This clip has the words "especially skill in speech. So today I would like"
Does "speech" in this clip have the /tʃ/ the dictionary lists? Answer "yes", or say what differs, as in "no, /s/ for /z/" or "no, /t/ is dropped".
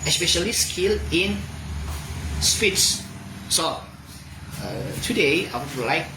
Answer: no, /s/ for /tʃ/